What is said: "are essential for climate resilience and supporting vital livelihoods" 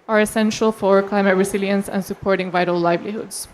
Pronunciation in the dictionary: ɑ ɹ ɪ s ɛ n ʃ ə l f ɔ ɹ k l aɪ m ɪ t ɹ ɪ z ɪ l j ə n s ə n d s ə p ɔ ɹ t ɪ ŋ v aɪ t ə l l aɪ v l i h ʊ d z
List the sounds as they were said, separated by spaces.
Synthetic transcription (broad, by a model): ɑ ɹ ɪ s ɛ n ʃ ə l f ɔ ɹ k l aɪ m ɪ t ɹ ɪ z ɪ l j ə n s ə n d s ə p ɔ ɹ t ɪ ŋ v aɪ t ə l l aɪ v l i h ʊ d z